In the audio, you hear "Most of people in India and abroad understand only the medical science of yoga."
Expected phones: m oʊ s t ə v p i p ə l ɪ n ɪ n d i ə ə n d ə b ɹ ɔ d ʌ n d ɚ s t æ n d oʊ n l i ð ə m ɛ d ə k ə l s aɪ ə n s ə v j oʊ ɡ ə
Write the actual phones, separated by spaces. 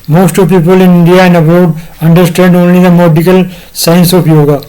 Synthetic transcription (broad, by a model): m oʊ s t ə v p i p ə l ɪ n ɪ n d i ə ə n d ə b ɔ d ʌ n d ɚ s t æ n d oʊ n l i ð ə m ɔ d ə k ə l s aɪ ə n s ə p j oʊ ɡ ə